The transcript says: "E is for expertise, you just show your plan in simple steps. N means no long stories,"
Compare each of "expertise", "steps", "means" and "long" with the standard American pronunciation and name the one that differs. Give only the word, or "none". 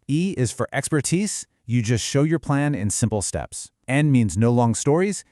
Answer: none